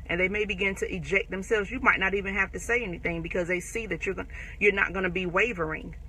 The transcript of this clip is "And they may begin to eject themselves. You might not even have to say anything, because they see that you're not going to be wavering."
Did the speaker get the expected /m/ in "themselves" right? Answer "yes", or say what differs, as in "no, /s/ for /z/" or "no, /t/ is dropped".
yes